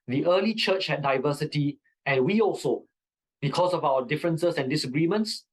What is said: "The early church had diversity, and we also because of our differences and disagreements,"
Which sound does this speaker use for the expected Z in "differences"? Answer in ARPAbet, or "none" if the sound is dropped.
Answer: S